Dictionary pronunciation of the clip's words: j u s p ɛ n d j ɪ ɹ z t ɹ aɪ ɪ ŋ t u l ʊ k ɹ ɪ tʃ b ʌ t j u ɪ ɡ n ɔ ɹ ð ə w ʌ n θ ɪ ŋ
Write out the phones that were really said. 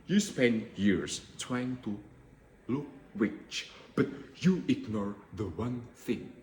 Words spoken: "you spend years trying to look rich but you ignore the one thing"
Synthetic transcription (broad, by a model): j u s p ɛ n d j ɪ ɹ s t ɹ aɪ ɪ ŋ t u l ʊ k w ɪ tʃ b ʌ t j u ɪ ɡ n ɔ ɹ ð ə w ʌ n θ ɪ ŋ